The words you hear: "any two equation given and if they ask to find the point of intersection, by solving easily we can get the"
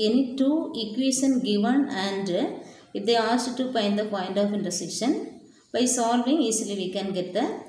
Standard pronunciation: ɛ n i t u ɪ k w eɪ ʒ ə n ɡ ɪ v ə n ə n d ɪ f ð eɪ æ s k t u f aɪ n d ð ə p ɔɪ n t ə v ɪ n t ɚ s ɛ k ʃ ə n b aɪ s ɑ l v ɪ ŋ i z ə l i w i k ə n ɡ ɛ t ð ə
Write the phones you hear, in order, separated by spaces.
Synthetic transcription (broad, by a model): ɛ n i t u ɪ k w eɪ ʃ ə n ɡ ɪ v ə n ə n d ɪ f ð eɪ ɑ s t t u p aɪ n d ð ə p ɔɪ n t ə f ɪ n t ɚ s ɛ ʃ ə n b aɪ s ɑ l v ɪ ŋ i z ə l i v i k ə n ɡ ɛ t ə